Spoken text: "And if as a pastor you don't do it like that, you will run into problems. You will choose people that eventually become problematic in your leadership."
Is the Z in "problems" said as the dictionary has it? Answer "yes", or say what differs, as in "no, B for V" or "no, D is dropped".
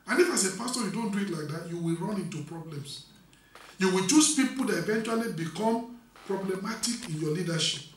no, S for Z